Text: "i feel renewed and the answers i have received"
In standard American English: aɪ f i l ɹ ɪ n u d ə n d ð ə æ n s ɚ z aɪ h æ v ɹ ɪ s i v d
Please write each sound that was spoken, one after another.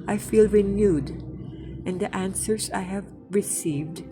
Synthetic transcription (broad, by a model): aɪ f i l ɹ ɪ n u d ə n d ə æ n s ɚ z aɪ h æ v ɹ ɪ s i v d